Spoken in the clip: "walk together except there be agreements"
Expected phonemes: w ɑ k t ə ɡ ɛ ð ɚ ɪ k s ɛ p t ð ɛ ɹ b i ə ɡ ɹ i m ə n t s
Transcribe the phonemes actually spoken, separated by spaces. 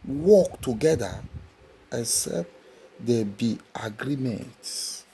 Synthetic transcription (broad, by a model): w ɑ k t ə ɡ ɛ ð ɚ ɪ s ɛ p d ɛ b i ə ɡ ɹ i m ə n t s